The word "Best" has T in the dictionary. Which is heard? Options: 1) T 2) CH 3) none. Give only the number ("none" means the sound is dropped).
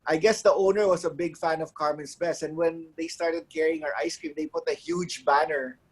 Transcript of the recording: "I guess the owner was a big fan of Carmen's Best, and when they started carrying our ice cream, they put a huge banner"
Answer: 3